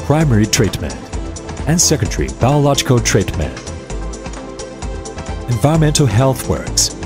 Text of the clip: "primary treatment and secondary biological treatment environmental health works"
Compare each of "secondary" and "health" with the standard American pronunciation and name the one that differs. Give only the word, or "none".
none